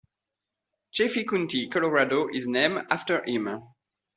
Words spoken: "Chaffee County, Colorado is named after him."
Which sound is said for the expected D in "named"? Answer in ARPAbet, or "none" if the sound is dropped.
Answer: none